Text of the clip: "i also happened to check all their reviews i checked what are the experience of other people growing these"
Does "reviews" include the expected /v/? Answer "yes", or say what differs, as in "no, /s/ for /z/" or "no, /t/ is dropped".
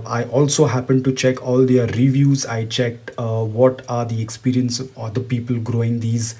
yes